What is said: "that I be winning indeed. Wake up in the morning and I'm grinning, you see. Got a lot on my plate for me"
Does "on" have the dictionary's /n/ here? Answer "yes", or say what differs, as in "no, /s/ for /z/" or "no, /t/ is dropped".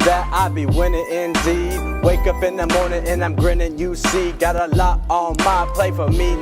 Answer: no, /l/ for /n/